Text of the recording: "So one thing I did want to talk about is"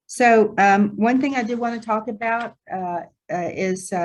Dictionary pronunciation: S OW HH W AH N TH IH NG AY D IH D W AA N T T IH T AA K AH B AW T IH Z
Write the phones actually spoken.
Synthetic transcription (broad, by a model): S OW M W AH N TH IH NG AY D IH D W AA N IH T AA K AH B AW T IH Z